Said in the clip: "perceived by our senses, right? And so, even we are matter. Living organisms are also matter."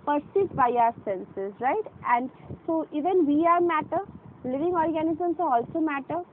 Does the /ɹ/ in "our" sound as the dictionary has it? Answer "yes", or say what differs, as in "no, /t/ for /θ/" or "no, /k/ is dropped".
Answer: yes